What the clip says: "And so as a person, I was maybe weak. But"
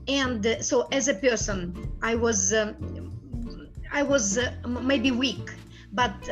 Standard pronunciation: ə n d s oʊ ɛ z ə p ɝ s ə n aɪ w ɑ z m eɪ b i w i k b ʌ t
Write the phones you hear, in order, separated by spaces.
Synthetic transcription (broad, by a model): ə n d s oʊ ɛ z ə p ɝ s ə n aɪ w ɑ z m eɪ b i w i k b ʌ t